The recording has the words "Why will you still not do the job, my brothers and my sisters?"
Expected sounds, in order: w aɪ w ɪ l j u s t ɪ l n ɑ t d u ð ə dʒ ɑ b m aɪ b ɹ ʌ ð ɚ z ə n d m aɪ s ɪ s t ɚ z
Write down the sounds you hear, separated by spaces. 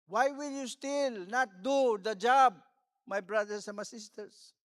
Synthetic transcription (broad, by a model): w aɪ w ɪ l j u s t ɪ l n ɑ t d u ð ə dʒ ɑ b m aɪ b ɹ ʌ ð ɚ s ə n m aɪ s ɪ s t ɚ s